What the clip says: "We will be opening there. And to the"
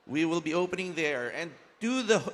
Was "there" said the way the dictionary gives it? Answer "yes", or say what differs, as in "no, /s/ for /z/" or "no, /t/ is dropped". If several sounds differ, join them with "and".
yes